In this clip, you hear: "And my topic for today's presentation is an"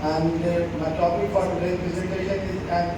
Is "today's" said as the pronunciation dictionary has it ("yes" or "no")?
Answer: no